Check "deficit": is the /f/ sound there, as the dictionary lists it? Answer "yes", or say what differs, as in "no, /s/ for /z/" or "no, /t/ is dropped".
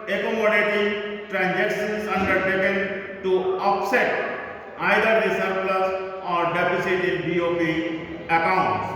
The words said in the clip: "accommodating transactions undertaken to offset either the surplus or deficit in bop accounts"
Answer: no, /p/ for /f/